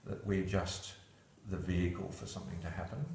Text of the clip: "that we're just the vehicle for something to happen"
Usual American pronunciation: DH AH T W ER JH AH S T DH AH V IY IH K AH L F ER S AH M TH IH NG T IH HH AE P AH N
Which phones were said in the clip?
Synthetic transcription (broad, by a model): DH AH T W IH JH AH S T DH AH V IY IH K AH L F ER S AH M TH IH NG T IH HH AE P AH N